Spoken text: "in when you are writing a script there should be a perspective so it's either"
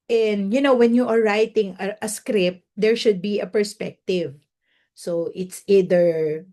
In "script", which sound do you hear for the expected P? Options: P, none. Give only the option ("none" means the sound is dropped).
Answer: P